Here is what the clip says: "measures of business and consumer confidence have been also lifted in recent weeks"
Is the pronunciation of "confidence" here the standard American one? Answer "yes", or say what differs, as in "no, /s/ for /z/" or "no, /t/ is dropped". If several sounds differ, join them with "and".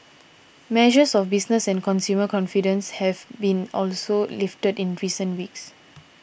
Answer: yes